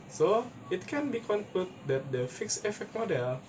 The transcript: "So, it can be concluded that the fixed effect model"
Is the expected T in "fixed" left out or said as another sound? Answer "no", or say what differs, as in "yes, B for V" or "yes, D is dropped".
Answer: yes, T is dropped